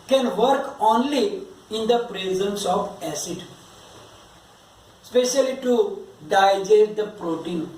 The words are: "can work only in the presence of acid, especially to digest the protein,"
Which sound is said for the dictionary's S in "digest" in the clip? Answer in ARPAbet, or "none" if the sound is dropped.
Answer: none